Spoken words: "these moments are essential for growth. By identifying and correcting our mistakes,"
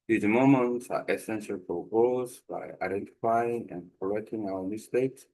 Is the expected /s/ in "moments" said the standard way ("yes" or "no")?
no